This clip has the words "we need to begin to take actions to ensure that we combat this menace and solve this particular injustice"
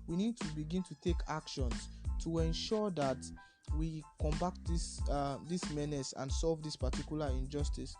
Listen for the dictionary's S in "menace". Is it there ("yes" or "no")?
yes